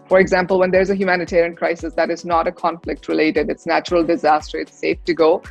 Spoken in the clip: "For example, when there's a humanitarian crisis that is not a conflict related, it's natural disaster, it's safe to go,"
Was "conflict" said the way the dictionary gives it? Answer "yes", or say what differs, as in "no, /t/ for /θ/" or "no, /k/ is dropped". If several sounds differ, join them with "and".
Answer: yes